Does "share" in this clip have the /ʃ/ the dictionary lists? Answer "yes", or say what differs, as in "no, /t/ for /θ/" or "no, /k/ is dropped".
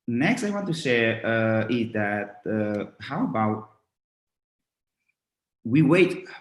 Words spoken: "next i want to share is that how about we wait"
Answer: no, /s/ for /ʃ/